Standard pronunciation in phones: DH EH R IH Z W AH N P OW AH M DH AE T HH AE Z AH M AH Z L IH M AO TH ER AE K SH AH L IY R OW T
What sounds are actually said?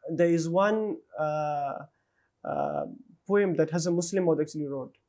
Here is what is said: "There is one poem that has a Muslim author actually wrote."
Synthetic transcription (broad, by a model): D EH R IH Z W AH N P OW AH M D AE T HH AE Z AH M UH S L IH M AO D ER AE K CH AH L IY R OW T